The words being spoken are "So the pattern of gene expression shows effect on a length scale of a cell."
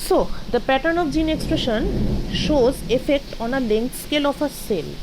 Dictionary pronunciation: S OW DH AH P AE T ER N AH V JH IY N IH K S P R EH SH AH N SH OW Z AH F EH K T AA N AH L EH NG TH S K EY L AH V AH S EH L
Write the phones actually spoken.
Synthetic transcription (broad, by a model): S OW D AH P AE T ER N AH F JH IY N IH K S P R EH SH AH N SH OW Z AH F EH K T AA N AH L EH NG T S K EY L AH F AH S EH L